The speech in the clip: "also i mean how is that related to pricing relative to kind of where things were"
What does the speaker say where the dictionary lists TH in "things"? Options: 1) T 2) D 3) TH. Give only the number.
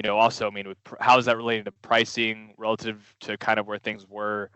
3